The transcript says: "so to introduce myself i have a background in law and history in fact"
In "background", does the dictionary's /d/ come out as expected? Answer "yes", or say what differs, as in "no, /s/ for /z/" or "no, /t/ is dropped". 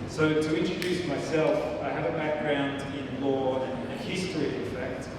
yes